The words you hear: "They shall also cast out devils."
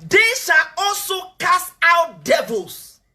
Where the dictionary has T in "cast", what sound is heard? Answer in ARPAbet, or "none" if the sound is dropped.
none